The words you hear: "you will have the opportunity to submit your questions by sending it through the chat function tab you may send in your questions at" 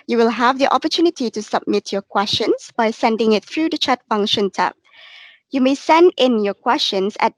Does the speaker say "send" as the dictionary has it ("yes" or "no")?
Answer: yes